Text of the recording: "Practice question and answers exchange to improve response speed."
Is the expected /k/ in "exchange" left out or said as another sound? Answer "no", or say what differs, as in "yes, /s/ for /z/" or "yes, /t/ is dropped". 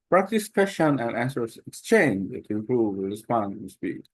no